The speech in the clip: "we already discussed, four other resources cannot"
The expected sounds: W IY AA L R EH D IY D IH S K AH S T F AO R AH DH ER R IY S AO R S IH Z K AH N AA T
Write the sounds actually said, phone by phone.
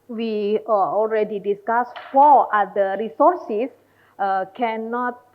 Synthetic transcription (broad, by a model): W IY AA L R EH D IY D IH S K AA S F AO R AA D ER R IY S AO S S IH K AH N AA T